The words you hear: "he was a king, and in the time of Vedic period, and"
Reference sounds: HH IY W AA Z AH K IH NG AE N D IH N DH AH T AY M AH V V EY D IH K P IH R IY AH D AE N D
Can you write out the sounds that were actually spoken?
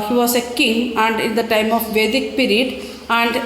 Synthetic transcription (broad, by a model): HH IY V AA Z AH K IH NG AE N D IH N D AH T AY M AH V V EY D IH K P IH R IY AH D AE N D